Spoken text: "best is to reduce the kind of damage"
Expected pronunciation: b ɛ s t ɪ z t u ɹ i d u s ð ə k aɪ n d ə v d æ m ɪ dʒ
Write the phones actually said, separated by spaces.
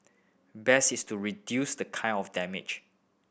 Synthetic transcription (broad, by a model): b ɛ s ɪ s t u ɹ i d u s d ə k aɪ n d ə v d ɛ m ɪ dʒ